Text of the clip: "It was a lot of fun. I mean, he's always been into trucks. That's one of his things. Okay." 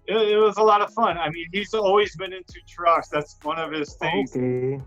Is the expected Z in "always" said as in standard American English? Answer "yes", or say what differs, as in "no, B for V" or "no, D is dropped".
yes